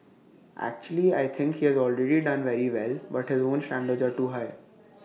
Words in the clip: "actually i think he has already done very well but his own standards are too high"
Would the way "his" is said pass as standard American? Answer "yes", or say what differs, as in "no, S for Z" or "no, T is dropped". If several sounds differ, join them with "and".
yes